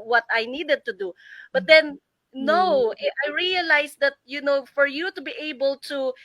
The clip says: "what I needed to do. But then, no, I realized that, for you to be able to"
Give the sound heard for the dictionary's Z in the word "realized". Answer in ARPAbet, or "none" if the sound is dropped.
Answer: S